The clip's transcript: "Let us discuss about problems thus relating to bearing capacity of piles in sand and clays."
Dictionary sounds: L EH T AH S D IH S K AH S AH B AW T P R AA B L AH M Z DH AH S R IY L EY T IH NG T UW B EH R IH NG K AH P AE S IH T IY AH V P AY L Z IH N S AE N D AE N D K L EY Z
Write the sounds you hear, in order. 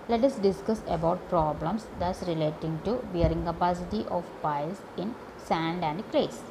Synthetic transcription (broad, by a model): L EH T AH S D IH S K AH S AH B AW T P R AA B L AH M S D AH S R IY L EY T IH NG T UW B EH R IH NG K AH P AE S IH T IY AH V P AY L S IH N S AE N D AE N D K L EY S